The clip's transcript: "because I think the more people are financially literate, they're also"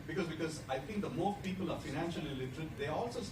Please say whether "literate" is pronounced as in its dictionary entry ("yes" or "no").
yes